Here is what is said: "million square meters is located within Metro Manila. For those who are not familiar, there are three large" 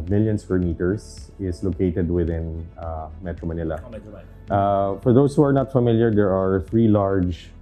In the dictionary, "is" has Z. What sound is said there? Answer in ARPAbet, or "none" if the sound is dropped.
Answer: S